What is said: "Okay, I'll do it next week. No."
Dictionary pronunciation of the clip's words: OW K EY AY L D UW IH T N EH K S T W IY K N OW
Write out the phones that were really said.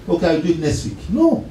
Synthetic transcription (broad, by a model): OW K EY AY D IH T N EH S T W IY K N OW